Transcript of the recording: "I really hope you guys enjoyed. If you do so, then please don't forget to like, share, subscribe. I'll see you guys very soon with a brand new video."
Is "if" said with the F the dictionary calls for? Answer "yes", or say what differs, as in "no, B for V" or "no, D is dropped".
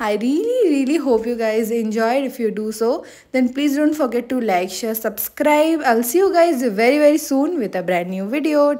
yes